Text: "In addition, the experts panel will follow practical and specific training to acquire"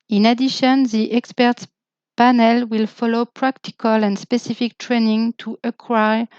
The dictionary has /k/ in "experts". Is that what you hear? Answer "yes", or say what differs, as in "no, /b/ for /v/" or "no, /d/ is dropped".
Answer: yes